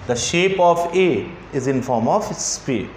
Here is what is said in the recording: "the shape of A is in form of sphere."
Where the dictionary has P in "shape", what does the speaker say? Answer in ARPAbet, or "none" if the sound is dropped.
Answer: P